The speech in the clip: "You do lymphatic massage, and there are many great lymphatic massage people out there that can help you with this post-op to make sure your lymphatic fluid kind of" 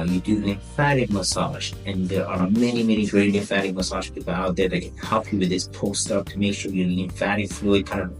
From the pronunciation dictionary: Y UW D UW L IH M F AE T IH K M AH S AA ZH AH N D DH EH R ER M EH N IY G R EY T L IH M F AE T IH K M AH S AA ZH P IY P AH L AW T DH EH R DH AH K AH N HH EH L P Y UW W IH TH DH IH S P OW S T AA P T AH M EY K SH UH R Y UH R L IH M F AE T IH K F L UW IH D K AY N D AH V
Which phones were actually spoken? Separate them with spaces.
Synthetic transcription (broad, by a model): Y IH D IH N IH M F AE T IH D M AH S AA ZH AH N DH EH R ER M EH N IY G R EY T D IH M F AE T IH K M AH S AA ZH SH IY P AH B AW T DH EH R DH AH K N HH EH L P Y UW W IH DH IH S P OW S T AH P T AH M EY K SH UH R Y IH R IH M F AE T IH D F L UW IH D K AY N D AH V